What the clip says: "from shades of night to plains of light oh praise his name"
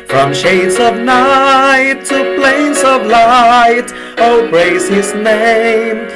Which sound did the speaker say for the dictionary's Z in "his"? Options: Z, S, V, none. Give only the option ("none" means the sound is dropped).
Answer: Z